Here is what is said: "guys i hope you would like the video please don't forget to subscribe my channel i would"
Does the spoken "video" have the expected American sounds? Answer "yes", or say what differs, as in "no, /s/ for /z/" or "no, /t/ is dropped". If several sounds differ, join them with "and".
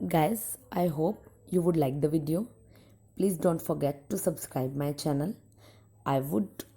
yes